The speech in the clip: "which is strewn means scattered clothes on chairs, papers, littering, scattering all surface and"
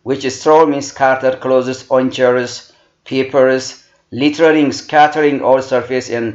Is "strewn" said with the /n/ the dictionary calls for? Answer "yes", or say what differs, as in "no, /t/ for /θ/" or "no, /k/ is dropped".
no, /l/ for /n/